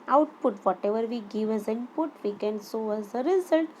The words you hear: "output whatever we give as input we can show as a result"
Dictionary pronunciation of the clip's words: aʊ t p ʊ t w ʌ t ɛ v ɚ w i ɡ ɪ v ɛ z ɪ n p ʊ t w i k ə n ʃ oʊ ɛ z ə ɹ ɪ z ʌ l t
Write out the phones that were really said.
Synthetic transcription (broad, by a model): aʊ t p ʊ t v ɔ t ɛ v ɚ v i ɡ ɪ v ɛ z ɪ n p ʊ t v i k ə n s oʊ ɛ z ə ɹ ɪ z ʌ l t